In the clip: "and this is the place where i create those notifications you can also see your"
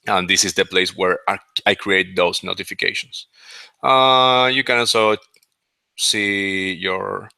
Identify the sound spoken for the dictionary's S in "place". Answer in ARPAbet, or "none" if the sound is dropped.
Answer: S